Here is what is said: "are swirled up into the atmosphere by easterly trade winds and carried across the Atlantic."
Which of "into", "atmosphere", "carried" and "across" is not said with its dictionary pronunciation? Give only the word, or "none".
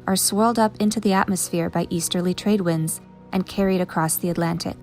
none